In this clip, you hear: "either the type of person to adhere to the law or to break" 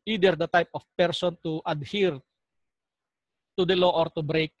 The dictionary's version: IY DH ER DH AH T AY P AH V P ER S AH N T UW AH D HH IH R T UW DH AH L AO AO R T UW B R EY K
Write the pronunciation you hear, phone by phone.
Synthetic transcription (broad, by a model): IY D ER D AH T AY P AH F P ER S AH N T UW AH D HH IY R T UW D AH L AO AO R T UW B R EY K